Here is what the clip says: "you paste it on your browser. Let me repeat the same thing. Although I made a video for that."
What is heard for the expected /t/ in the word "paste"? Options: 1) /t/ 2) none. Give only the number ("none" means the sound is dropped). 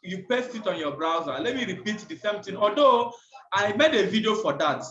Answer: 1